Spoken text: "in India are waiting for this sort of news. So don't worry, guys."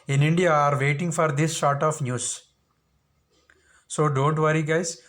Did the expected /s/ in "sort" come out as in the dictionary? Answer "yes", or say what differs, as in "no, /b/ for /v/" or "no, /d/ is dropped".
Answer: no, /ʃ/ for /s/